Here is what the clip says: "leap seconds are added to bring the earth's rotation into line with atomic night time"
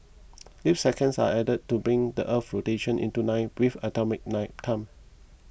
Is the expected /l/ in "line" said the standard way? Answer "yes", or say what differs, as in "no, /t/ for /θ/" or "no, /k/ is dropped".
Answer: no, /n/ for /l/